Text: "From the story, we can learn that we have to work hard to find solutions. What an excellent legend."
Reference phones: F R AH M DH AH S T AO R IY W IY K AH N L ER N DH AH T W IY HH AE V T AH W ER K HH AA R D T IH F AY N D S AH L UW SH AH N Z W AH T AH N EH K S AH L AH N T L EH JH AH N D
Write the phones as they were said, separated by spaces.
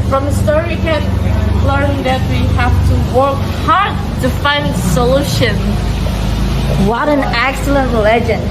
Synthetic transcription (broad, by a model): F R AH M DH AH S T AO R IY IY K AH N L ER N DH AH T W IY HH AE F T AH W ER K HH AA R D T IH F AY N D S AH L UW SH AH N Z W AH T AH N EH K S AH L AH N T L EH JH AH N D